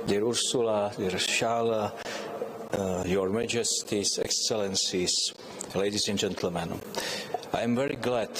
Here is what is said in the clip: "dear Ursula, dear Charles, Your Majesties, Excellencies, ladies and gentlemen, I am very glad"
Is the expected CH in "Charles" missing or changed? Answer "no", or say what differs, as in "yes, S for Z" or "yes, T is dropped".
yes, SH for CH